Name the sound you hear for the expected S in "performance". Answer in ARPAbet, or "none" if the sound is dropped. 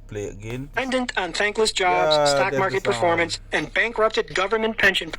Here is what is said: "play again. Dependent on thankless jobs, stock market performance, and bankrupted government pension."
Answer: S